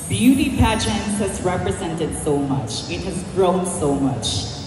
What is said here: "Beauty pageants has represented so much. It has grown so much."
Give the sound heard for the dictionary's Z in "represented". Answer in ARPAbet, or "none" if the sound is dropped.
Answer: Z